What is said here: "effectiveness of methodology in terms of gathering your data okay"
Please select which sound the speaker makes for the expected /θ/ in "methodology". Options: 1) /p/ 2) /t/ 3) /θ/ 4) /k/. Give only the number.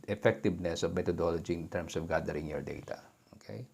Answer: 2